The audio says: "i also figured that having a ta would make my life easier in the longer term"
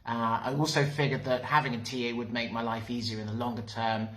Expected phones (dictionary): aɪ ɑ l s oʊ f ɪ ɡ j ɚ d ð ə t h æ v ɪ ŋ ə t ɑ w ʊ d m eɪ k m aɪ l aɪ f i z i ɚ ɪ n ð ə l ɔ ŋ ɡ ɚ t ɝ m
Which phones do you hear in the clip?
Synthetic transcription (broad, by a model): aɪ ɑ l s oʊ f ɪ ɡ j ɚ d ð ə t h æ v ɪ ŋ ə t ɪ w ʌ d m eɪ k m aɪ l aɪ f i z i ɚ ɪ n ð ə l ɔ ŋ ɡ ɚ t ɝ m